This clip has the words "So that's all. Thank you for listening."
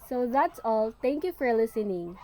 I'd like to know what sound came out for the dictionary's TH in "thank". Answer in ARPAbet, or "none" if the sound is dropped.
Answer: T